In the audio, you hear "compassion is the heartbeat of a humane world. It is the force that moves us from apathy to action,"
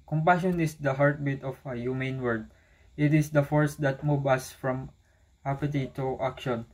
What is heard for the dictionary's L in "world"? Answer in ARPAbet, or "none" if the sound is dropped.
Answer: none